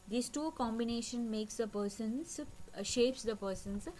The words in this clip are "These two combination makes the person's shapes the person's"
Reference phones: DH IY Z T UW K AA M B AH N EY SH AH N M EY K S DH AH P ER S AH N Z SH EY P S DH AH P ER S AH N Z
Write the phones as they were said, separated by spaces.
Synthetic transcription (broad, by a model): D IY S T UW K AA M B AH N EY SH AH N M EY K S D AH P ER S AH N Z SH EY P S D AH P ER S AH N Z